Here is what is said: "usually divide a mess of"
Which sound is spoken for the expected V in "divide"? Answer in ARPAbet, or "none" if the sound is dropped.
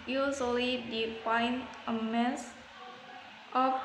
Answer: F